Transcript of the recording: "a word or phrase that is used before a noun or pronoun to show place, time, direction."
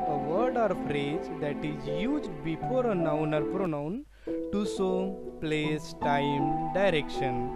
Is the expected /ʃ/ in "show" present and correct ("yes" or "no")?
no